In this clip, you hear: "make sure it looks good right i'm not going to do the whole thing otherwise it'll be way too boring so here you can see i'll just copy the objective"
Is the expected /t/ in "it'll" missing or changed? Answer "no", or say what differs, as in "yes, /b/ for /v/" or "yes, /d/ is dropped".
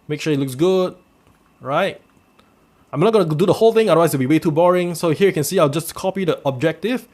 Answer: yes, /s/ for /t/